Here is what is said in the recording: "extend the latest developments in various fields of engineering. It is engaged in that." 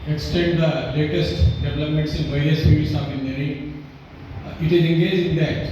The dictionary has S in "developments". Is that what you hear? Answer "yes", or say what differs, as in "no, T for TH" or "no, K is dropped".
yes